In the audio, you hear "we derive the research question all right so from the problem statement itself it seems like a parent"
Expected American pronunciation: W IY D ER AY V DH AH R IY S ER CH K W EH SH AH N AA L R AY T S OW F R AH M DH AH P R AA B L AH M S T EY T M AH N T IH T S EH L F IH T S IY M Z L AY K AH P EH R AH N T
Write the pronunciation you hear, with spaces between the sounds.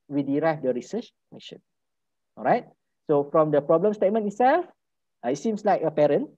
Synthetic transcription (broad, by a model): W IY D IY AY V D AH R IY S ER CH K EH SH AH N AA L R AY T S OW F R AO M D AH P R AA B L AH M S T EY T M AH N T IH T S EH L F IH T S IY M S L AY K AH P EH R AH N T